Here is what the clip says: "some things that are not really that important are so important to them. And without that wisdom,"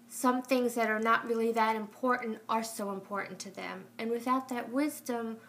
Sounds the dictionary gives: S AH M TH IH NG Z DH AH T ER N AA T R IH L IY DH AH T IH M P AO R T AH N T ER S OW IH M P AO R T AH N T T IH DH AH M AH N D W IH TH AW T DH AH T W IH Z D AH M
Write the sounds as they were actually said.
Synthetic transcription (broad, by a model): S AH M TH IH NG Z DH AH T ER N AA T R IH L IY DH AH T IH M P AO R T N T ER S OW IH M P AO R T N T T IH DH AH M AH N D W IH TH AW T DH AH T W IH Z D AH M